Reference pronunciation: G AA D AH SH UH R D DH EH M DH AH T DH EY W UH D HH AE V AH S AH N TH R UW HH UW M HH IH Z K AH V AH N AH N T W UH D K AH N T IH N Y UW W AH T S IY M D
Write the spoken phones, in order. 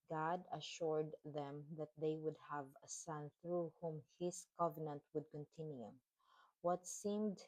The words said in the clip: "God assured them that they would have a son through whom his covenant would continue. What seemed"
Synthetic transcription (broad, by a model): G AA D AH SH UH R D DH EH M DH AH T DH EY W UH D HH AE V AH S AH N TH R UW HH UW M HH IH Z K AH V AH N AH N T W UH D K AH N T IH N Y UW W AH T S IY M D